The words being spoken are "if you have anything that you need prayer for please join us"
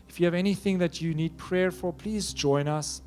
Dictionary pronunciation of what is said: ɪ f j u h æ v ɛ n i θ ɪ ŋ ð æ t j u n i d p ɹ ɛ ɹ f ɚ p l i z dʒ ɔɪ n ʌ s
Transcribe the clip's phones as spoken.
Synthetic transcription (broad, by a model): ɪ f j u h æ v ɛ n i θ ɪ ŋ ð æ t j u n i d p ɹ ɛ ɹ f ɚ p l i z dʒ ɔɪ n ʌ s